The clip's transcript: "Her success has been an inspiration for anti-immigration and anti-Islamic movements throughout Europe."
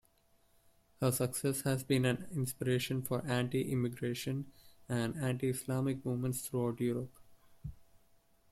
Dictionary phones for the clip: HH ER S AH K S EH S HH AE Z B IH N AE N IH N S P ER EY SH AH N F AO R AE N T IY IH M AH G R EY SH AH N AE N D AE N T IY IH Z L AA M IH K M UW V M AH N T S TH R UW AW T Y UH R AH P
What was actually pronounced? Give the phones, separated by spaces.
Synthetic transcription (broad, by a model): HH ER S AH K S EH S HH AE Z B IH N AE N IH N S P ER EY SH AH N F AO R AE N T IY IH M AH G R EY SH AH N AE N D AE N T IY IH S L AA M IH K M UW V M AH N T S T R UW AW T Y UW R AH P